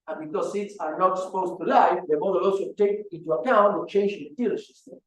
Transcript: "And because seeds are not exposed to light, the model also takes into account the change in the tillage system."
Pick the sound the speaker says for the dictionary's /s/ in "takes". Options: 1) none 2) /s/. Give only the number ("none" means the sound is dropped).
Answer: 1